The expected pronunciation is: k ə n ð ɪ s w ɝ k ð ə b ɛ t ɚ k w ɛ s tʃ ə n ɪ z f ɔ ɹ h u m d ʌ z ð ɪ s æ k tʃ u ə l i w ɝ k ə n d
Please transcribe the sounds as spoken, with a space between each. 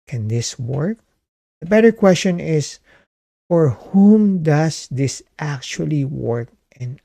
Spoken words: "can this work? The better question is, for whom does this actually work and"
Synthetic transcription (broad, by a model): k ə n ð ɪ s w ɝ k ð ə b ɛ t ɚ k w ɛ s tʃ ə n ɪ s f ɔ ɹ h u m d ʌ s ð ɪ s æ k tʃ u ə l i w ɝ k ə n